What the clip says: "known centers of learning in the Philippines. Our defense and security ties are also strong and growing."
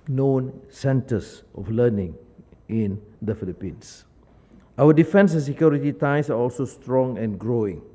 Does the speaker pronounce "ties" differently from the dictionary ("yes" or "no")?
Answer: yes